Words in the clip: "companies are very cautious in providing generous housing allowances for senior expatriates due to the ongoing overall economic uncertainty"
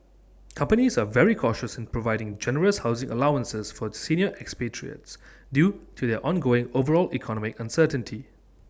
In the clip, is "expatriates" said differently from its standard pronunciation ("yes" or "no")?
no